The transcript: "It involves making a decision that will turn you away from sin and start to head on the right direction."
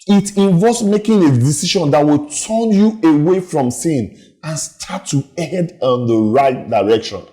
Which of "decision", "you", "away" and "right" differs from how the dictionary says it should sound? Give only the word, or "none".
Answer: decision